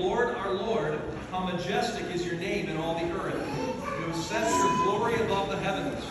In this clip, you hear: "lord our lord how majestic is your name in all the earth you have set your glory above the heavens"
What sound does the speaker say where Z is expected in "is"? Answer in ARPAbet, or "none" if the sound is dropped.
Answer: Z